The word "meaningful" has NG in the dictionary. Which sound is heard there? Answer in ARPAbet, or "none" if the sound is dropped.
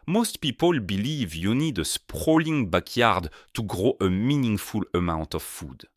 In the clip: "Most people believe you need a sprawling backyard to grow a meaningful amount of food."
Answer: NG